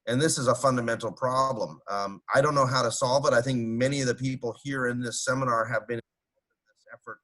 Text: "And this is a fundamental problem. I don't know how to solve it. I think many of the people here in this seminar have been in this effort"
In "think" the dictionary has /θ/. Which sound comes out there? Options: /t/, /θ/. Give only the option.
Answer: /θ/